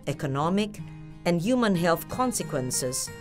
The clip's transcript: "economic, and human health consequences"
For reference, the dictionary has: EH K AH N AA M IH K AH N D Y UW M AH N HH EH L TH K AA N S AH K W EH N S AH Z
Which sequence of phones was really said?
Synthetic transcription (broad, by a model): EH K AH N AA M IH K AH N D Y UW M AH N HH EH L TH K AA N S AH K W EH N S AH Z